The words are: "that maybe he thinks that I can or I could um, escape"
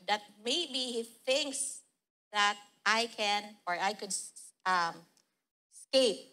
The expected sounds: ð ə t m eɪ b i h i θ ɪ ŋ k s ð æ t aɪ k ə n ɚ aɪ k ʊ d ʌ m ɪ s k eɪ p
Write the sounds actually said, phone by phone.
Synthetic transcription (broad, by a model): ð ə t m eɪ i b i θ ɪ ŋ k s ð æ t aɪ k ə n ɚ aɪ k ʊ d ʌ m s k eɪ p